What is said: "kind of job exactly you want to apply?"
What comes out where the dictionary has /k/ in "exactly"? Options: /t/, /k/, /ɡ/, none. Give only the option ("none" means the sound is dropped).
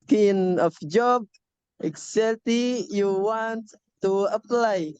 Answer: none